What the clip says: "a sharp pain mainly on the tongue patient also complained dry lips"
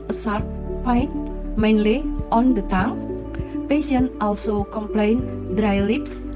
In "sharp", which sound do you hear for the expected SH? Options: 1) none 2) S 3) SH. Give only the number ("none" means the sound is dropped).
2